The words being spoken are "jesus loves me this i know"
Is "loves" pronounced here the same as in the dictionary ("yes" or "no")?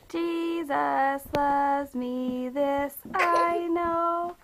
no